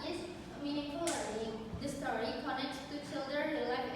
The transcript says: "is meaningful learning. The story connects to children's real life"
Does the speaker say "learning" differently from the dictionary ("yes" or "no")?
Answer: yes